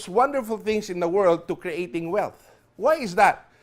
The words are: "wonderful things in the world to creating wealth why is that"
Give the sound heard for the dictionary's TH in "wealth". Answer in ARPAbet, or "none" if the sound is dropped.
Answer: TH